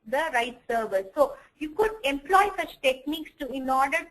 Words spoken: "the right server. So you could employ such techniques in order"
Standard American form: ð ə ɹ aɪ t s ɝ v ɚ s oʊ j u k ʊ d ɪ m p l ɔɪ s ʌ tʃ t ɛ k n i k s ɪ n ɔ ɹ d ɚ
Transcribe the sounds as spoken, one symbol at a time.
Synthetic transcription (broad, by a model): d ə ɹ aɪ t s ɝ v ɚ s oʊ j u k ʊ d ɪ m p l ɔɪ s ʌ tʃ t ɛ k n i k s ɪ n ɔ ɹ d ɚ